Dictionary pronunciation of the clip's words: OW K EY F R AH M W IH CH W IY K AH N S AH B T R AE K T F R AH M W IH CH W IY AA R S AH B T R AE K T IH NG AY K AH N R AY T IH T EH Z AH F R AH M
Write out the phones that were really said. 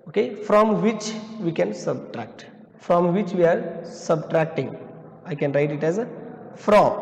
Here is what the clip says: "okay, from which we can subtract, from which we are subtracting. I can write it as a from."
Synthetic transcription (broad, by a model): OW K EY F R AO M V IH CH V IY K AH N S AH B T R AE K T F R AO M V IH CH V IY AA R S AH B T R AE K T IH NG AY K AH N R AY T IH T EH Z AH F R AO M